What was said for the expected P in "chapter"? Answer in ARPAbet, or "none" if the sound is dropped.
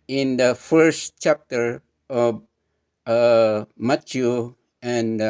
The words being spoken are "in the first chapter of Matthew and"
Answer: P